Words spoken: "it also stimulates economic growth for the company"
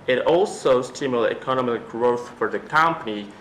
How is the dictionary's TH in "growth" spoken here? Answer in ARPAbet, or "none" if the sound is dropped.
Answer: TH